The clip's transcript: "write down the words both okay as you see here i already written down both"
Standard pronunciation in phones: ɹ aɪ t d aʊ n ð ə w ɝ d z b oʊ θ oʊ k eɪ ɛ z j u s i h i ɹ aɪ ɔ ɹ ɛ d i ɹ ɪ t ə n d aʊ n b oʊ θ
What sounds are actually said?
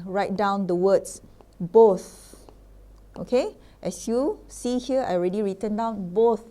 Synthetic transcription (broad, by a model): ɹ aɪ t d aʊ n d ə w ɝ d s b oʊ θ oʊ k eɪ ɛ s j u s i h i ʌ aɪ ɔ ɹ ɛ d i ɹ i t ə n d aʊ n b oʊ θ